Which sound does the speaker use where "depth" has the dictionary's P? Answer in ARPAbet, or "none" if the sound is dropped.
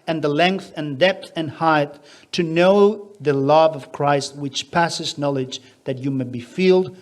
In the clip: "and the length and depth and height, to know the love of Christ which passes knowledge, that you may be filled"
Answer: P